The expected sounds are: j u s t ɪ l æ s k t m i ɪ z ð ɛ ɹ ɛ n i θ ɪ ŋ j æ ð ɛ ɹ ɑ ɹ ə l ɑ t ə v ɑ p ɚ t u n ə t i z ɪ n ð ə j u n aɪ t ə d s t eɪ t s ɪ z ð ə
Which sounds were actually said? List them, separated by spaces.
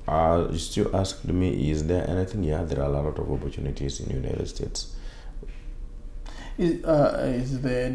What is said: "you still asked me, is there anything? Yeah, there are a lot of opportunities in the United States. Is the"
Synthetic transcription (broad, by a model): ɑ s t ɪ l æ s k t m i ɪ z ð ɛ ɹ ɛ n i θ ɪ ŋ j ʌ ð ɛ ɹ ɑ l ə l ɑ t ə v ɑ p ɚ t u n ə t i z ɪ n j u n aɪ t ə d s t eɪ t s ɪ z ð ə